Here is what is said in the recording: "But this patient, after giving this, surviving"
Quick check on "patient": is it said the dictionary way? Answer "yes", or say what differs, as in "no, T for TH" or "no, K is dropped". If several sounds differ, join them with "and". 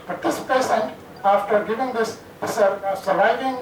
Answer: no, S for SH